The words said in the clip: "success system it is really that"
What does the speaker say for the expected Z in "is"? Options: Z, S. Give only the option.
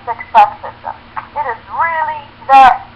Z